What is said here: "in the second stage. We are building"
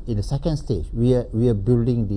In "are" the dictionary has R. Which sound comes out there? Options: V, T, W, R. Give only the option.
W